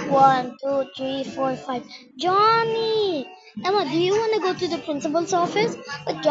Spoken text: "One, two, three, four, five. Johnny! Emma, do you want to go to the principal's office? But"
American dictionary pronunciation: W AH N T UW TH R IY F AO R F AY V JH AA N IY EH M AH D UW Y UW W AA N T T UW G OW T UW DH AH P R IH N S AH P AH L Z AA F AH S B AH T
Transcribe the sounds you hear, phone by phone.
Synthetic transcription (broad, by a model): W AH N T UW T R IY F AO R F AY V JH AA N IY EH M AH D UW Y UW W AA N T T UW G OW T UW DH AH P R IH N S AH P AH L S AA F AH S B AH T